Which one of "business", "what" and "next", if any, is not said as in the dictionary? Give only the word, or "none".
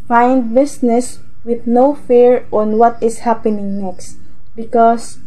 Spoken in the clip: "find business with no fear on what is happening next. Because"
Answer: business